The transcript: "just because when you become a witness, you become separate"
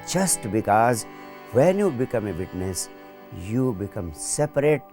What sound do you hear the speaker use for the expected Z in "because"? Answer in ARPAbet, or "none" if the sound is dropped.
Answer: Z